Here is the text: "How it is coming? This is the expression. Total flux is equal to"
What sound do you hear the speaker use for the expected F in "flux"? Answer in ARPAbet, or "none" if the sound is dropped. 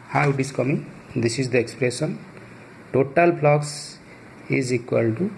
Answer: P